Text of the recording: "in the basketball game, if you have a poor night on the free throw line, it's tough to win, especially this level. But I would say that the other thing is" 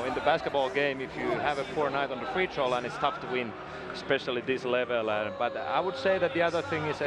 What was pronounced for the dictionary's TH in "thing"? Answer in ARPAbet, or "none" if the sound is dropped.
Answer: TH